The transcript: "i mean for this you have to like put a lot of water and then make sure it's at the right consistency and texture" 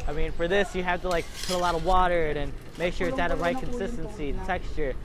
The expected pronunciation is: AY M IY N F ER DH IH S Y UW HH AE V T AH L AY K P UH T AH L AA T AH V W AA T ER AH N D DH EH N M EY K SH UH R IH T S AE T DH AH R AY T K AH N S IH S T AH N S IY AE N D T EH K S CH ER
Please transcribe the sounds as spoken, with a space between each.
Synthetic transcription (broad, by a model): AY M IY N F ER DH IH S Y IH HH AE F T AH L AY K P UH T AH L AA T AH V W AA T ER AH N N M EY K SH UH R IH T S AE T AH R AY T K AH N S IH S T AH N S IY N T EH K S CH ER